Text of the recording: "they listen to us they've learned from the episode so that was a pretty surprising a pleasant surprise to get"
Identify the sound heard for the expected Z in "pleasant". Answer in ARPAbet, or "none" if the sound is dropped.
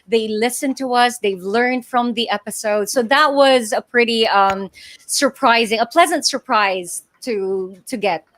Z